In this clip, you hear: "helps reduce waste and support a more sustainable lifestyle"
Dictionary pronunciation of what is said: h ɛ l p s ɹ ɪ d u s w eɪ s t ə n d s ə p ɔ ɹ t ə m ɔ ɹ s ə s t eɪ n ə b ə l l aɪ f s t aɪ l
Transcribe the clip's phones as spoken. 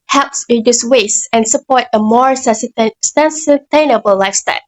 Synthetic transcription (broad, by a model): h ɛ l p s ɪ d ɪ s w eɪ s ə n s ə p ɔ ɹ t ə m ɔ ɹ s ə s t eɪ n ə b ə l l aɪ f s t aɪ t